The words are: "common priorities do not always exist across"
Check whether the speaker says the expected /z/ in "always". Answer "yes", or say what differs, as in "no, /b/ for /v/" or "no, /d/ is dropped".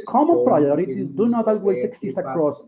no, /s/ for /z/